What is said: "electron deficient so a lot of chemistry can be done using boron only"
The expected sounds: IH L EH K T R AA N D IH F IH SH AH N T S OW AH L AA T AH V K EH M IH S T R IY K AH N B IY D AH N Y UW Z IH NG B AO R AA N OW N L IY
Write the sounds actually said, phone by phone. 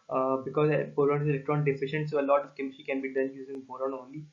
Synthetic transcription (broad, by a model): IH L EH K T R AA N D IH F IH SH AH N T S OW AH L AA T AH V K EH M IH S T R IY K AH N B IY D AH N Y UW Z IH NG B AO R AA N OW N L IY